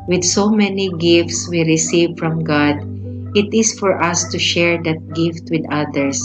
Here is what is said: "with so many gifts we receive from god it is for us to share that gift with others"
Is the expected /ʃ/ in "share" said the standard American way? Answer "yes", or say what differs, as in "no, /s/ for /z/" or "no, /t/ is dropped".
yes